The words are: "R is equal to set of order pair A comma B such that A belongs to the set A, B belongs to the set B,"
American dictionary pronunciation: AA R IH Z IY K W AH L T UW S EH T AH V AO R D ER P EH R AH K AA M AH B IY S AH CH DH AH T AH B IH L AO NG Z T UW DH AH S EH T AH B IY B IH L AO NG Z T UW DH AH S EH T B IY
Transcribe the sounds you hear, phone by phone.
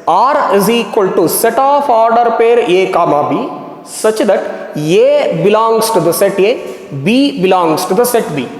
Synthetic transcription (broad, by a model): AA R IH Z IY K W AH L T UW S EH T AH F AO R D ER P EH R AH K AA M AH B IY S AH CH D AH T AH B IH L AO NG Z T UW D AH S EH T AH B IY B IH L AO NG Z T UW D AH S EH T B IY